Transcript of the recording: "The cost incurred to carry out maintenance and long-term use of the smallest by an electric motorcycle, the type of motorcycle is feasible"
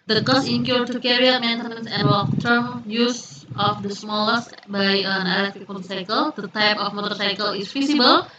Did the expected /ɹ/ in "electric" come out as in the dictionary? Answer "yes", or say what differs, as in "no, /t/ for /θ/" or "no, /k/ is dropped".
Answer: no, /ɹ/ is dropped